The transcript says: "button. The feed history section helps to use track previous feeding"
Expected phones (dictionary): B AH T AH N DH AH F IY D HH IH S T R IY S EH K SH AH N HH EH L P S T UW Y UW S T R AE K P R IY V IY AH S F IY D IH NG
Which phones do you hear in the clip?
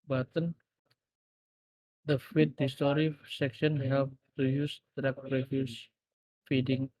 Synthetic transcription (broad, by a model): B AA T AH N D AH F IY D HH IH S T R IY S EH K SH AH N HH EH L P T UW Y UW S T R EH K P R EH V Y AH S F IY D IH NG